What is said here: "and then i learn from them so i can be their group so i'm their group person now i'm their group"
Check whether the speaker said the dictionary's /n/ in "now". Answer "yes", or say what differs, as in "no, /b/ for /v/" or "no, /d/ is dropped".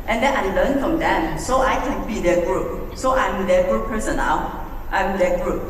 no, /l/ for /n/